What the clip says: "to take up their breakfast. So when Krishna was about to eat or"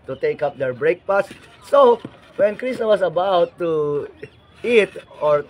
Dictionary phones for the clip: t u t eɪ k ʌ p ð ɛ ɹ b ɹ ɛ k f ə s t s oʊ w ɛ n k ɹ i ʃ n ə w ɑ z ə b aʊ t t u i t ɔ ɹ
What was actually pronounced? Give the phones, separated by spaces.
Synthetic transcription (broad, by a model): t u t eɪ k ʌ p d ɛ ɹ b ɹ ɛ k p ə s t s oʊ w ɛ n k ɹ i s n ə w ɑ s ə b aʊ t t u i t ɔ ɹ